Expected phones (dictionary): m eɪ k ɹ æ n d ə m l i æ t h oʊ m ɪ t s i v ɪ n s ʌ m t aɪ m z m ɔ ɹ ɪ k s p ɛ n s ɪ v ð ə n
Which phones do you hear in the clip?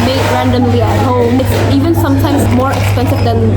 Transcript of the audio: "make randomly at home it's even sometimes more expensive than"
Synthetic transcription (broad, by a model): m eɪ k ɹ æ n d ə m l i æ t h oʊ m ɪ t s i v ɪ n s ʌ m t aɪ m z m ɔ ɹ ɪ k s p ɛ n s ɪ v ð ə n